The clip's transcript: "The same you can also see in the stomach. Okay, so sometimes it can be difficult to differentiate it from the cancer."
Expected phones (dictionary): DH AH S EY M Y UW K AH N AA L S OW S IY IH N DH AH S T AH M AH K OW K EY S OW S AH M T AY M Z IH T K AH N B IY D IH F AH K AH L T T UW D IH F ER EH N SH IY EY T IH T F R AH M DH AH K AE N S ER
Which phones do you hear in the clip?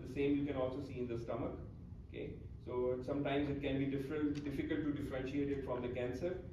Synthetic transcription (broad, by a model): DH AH S EY M Y UW K AH N AA L S OW S IY IH N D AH S T AH M AH K OW K EY S OW S AH M T AY M Z IH T K AH N B IY D IH F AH K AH L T T UW D IH F ER EH N SH IY EY T IH T F R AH M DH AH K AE N S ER